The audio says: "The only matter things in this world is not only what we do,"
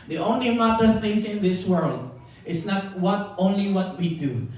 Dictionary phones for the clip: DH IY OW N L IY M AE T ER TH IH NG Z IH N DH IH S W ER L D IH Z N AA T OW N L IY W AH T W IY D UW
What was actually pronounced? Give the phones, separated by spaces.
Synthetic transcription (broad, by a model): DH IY OW N L IY M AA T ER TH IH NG S IH N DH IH S W ER L D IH S N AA T OW N L IY W AH T W IY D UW